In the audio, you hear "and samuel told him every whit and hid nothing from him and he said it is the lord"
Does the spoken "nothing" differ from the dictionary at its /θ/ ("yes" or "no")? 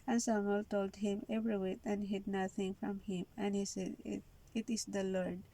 yes